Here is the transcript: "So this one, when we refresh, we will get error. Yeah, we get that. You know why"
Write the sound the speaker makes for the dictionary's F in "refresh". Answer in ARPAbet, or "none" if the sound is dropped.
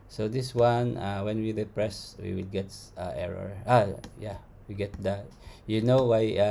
P